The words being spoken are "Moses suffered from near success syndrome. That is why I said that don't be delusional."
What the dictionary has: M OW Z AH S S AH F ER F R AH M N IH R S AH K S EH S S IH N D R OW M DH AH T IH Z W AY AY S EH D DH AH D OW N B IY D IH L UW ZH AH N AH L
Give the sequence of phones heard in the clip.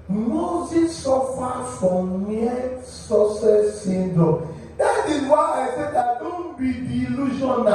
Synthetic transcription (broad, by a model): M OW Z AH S S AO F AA F R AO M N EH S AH S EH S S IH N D OW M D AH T IH Z W AY AY S EH D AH D OW N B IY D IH L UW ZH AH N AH